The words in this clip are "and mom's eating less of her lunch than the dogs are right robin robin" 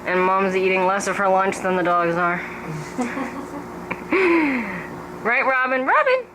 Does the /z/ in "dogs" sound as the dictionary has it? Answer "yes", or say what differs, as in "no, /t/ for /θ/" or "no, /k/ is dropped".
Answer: yes